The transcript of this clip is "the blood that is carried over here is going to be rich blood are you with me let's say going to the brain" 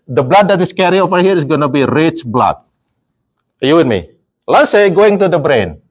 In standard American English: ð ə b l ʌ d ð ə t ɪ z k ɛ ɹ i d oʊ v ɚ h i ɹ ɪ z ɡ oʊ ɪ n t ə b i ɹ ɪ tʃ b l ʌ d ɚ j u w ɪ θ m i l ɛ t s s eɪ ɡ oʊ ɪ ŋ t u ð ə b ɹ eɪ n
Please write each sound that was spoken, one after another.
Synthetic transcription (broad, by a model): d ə b l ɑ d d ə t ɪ s k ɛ ɹ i oʊ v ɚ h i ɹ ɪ s ɡ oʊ n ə b i ɹ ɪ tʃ b l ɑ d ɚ j u w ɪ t m i l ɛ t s s eɪ ɡ oʊ ɪ ŋ t u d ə b ɹ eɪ n